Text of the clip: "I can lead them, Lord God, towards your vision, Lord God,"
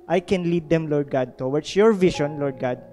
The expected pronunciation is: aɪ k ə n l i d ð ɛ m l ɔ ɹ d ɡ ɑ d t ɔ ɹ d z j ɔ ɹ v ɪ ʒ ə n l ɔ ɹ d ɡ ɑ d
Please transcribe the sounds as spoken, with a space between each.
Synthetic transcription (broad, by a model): aɪ k ə n l i d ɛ m l ɔ ɹ d ɡ ɑ d t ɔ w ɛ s j ɔ ɹ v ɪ ʃ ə n l ɔ ɹ d ɡ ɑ d